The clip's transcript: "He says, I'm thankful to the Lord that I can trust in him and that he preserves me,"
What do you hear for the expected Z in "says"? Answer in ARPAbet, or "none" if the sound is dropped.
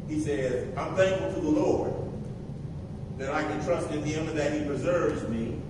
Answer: Z